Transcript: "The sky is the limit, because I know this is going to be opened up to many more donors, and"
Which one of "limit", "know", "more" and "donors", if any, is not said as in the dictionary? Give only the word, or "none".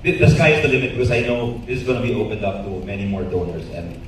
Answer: donors